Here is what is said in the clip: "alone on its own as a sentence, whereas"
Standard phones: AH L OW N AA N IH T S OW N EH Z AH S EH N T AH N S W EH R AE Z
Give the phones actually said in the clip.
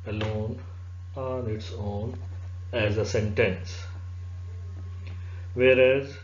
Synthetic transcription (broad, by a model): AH L OW N AA N IH T S OW N EH Z AH S EH N T AH N S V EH R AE Z